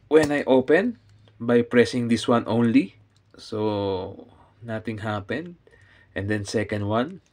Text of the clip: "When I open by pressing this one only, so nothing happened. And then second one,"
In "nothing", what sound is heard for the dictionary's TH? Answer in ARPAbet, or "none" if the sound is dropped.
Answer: T